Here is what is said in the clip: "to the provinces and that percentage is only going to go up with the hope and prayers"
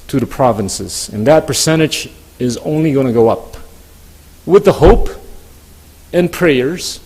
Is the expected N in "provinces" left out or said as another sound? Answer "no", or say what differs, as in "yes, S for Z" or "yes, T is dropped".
no